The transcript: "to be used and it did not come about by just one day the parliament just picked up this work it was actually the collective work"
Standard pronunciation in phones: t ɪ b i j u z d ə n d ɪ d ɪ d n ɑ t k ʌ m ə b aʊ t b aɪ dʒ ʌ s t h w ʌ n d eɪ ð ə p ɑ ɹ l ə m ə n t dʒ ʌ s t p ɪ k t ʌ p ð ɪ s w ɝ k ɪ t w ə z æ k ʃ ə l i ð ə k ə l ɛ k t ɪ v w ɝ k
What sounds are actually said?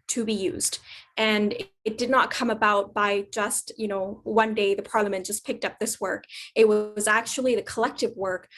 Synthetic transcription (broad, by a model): t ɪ b i j u z d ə n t d ɪ d n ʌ t k ʌ m ə b aʊ t b aɪ dʒ ʌ s t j w ʌ n d eɪ ð ə p ɑ ɹ l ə m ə n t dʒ ʌ s p ɪ k t ʌ p ð ɪ s w ɝ k ɪ t w ə z æ k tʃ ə l i ð ə k ə l ɛ k t ɪ v w ɝ k